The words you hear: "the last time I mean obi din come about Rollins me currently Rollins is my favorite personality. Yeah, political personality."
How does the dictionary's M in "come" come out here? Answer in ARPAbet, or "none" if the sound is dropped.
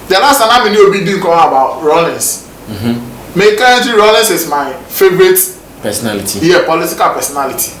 none